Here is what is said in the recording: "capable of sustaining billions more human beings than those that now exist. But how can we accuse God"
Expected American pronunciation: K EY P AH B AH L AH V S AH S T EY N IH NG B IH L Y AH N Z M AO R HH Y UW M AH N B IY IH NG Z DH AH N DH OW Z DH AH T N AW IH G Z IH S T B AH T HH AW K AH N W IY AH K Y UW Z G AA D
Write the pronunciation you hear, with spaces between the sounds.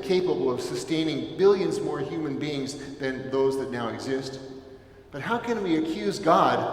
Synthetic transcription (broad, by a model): K EY P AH B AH L AH V S AH S T EY N IH NG B IH L Y AH N Z M AO R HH Y UW M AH N B IY IH NG Z DH AH N DH OW Z DH AH T N AW IH G Z IH S T B AH T HH AW K AH N W IY AH K Y UW Z G AA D